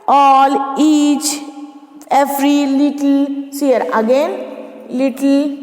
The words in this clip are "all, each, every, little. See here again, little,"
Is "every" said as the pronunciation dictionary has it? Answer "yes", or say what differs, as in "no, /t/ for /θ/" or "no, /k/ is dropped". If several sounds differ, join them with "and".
no, /f/ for /v/